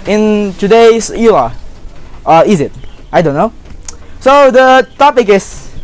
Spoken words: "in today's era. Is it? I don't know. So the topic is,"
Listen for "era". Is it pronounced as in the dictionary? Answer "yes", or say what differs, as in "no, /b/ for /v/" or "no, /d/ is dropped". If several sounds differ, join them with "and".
no, /l/ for /ɹ/